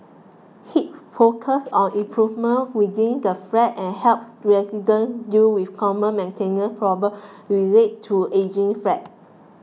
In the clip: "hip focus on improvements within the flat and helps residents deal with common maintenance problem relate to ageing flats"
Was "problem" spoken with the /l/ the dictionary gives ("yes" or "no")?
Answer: no